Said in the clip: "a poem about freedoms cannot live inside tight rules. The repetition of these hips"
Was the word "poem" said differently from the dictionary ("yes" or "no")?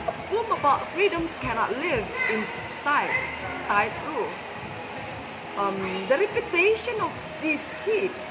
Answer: yes